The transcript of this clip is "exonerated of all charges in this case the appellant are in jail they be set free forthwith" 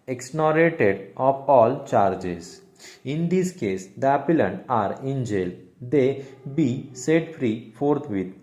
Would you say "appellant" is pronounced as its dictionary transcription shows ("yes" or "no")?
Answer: no